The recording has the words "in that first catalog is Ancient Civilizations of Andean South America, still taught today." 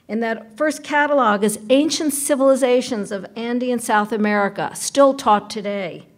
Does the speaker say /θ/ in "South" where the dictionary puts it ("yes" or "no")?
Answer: yes